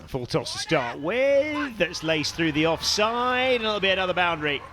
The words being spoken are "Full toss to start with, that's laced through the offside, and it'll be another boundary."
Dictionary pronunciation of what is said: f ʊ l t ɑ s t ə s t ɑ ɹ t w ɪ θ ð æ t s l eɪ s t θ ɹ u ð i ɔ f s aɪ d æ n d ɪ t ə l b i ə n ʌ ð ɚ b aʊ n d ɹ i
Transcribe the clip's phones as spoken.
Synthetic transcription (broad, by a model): f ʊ l t ɑ s t ə s t ɑ ɹ t w ɪ ð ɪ t s l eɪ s θ ɹ u ð i ɔ f s aɪ d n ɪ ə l b i ə n ʌ ð ɚ b aʊ n d ɹ i